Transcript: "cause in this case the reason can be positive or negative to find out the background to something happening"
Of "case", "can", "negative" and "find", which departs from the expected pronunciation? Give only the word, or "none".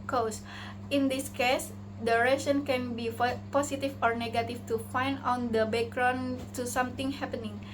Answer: negative